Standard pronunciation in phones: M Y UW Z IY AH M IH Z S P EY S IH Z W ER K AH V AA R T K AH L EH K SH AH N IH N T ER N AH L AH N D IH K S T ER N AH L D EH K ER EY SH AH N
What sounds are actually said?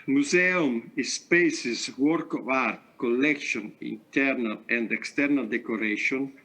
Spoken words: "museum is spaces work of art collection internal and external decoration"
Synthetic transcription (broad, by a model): M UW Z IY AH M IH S P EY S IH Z W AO K AH V AA R T K AH L EH K SH AH N IH N T ER N AH L AH N D IH K S T ER N AH L D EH K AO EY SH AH N